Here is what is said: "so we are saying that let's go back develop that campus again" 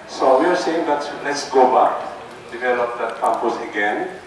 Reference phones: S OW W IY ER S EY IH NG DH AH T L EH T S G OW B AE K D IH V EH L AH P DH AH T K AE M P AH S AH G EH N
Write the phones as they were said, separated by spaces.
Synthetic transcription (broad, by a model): S OW W IY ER S EY IH NG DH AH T L EH T S G OW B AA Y D IH V EH L AH P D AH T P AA P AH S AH G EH N